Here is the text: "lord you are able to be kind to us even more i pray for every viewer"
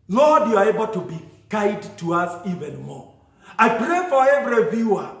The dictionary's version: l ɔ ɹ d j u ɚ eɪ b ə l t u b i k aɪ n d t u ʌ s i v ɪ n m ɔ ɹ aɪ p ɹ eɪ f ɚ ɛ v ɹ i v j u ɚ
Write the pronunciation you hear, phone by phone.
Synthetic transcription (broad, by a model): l ɔ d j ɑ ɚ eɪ b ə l t u b i k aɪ d t u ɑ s i v ɪ n m ɔ aɪ p ɹ eɪ f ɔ ɛ v ɹ i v j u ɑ